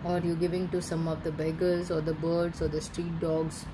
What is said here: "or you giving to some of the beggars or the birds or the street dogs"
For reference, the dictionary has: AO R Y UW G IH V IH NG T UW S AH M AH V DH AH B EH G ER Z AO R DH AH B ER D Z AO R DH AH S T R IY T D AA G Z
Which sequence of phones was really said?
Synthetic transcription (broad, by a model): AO R Y UW G IH V IH NG T UW S AH M AH V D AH B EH G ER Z AO R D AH B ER D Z AO R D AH S T R IY T D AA G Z